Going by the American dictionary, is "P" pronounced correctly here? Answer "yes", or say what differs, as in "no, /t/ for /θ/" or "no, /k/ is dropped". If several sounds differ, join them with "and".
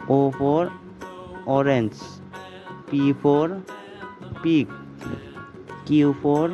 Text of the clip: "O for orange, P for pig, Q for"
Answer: yes